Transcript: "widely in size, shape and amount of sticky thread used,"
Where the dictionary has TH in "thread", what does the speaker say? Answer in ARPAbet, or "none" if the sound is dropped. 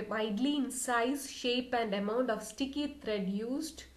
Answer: T